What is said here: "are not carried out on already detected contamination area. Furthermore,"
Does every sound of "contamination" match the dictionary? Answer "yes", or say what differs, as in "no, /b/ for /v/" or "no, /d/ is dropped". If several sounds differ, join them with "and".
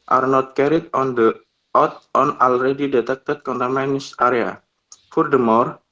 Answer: no, /s/ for /ʃ/